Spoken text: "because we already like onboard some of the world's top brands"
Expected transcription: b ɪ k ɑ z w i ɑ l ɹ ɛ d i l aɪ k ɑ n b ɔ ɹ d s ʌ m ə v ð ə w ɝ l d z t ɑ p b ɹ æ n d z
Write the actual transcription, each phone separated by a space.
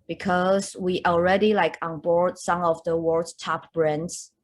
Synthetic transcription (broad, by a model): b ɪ k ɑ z w i ɑ l ɹ ɛ d i l aɪ k ɑ n b ɔ ɹ d s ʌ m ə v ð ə w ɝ d t ɑ p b ɹ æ n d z